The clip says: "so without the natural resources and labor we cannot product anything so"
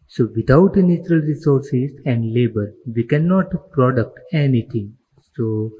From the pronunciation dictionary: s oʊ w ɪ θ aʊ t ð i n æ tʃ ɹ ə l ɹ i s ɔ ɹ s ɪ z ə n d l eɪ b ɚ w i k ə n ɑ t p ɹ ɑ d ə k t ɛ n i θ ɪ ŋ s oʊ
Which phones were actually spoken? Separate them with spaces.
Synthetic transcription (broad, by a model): s oʊ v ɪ t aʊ t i n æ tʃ ɹ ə l ɹ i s ɔ ɹ s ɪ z ə n d l eɪ b ɚ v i k ə n ɑ t p ɹ ɑ d ə k t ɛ n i t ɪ ŋ s oʊ